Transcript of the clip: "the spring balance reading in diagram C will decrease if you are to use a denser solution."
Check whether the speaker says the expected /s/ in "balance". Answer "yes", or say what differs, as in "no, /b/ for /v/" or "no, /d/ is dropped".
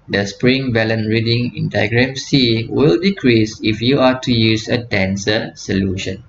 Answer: no, /s/ is dropped